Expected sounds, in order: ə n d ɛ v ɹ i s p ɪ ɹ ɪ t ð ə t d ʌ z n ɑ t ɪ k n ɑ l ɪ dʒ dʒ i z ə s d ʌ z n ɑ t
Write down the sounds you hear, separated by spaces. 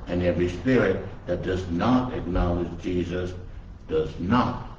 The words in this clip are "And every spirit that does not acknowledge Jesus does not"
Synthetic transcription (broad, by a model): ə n ɛ v ɹ i s p ɪ ɹ ɪ t ð ə t d ʌ z n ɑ t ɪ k n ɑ l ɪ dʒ dʒ i z ə s d ʌ z n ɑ t